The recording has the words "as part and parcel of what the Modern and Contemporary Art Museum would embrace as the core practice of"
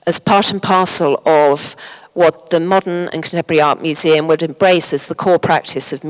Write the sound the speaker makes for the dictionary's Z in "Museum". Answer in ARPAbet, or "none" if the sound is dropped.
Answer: Z